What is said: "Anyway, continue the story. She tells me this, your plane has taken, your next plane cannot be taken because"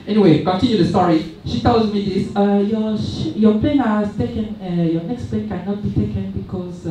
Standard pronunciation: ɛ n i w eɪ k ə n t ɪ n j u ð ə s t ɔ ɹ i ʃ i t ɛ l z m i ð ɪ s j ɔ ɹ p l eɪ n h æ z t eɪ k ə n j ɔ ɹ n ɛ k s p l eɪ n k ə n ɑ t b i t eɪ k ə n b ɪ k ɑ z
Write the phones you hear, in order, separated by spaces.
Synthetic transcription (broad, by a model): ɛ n i w eɪ k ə n t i n j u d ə s t ɔ ɹ i ʃ i t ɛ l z m i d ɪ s j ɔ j p l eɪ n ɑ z t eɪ k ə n j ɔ n ɛ k s p l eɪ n k ə n ɑ t b i t eɪ k ə n b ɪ k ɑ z